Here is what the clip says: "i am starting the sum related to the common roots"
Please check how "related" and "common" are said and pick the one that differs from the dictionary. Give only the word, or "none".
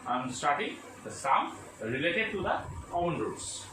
common